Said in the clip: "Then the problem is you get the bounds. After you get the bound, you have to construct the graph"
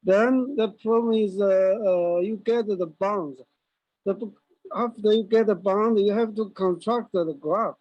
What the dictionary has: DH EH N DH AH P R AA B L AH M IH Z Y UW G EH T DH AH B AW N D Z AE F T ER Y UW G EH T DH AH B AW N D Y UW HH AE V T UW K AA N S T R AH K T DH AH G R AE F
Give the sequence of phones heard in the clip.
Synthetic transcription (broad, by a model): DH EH N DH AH P R AA B L AH M IH Z Y UW G EH T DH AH B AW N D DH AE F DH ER Y UW G EH T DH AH B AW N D Y UW HH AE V T UW K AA N T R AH K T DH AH G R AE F